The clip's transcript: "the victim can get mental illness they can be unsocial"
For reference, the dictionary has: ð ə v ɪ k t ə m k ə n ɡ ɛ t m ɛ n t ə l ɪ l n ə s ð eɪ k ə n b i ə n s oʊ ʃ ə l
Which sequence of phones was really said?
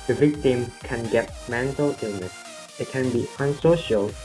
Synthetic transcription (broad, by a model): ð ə v ɪ k t ə m k ə n ɡ ɛ t m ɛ n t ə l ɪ n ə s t k ə n b i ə n s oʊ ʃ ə l